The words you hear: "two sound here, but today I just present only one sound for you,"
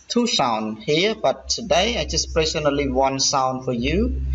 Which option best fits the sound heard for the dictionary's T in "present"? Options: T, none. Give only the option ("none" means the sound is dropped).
none